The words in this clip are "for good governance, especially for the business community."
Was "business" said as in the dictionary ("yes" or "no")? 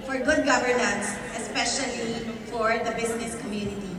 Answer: no